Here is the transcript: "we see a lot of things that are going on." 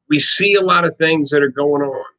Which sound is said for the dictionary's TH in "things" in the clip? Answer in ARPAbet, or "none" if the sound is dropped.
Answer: TH